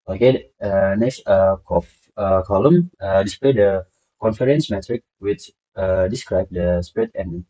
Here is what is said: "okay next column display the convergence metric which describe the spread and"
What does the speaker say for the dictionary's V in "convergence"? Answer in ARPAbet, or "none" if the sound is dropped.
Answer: F